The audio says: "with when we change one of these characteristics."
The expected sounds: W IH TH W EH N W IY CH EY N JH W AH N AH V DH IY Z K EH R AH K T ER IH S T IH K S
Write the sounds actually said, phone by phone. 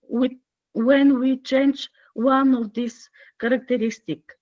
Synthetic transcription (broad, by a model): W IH W EH N W IY CH EY N JH W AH N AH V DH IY S K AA R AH K T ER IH S T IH K